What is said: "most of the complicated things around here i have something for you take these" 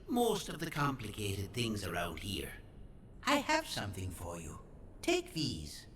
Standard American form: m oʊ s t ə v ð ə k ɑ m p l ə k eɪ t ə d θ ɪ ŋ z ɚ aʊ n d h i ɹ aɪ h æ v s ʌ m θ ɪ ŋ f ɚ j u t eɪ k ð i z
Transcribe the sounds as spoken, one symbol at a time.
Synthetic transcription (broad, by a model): m oʊ s t ə v ð ə k ɑ m p l ə k eɪ t ə d θ ɪ ŋ z ɚ aʊ n d h i ɹ aɪ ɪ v s ʌ m θ ɪ ŋ f ɚ j u t eɪ k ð i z